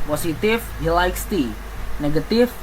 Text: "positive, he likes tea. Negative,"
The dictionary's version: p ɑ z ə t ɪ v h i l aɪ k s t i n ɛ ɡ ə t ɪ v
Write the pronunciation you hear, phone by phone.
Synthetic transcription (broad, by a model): p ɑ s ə t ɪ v h i l aɪ k s t i n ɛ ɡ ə t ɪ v